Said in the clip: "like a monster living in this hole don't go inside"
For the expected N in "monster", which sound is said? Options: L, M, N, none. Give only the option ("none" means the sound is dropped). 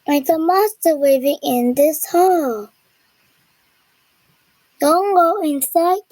none